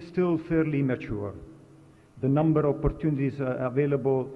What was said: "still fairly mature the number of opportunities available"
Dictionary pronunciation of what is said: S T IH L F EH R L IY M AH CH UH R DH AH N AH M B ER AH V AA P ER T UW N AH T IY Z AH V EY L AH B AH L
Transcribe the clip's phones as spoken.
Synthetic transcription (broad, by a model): S T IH L F EH R L IY M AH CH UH R DH AH N AH M B ER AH P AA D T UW N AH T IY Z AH V EY L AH B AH L